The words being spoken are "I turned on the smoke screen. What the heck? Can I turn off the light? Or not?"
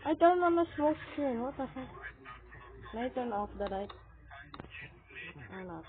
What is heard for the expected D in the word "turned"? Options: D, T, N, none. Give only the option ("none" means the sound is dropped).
none